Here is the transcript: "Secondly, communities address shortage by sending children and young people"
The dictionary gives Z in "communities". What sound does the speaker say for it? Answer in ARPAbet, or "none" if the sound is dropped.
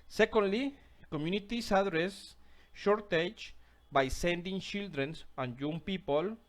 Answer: S